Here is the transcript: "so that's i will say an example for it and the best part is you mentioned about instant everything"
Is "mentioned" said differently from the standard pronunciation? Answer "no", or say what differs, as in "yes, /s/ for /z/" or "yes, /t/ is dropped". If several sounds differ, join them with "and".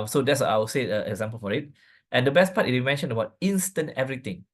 yes, /d/ is dropped